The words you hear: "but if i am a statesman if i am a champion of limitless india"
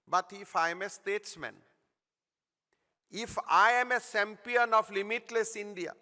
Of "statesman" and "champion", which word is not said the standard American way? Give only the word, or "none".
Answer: champion